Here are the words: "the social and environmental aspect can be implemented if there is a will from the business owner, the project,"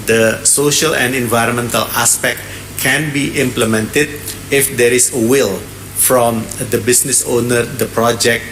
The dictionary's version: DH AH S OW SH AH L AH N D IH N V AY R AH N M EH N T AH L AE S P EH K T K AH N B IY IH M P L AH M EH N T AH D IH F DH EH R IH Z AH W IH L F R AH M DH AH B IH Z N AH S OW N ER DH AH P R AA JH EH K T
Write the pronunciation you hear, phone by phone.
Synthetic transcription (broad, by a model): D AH S OW SH AH L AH N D IH N V AY R AH N M EH N T AH L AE S P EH K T K AH N B IY IH M P L AH M EH N T AH D IH F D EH R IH S AH W IH L F R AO M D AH B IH S N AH S OW N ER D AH P R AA JH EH K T